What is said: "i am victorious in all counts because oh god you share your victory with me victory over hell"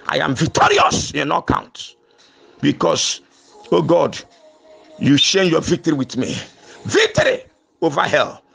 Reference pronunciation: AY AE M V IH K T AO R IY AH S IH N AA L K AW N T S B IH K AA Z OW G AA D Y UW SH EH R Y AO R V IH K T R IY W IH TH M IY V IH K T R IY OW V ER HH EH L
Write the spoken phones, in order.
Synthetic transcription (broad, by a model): AY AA M V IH K T AO R IY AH S IH N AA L K AW N T B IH K AA S OW G AA D Y UW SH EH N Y AO V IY K T R IY W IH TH M IY V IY K T R IY OW V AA HH EH L